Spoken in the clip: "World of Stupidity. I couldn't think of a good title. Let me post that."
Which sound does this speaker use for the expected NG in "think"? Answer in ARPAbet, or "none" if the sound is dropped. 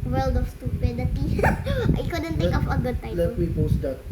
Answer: none